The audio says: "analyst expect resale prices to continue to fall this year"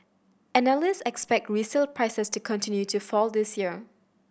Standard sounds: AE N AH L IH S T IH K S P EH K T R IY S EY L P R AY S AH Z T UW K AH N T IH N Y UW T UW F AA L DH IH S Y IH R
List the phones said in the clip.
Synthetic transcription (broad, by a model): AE N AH L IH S IH K S P EH K T R IY S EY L P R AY S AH S T UW K AH N T IH N Y UW T UW F AA L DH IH S Y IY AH